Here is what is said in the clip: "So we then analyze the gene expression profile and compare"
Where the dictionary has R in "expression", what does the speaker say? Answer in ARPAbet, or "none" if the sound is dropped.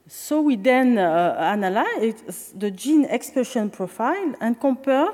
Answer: none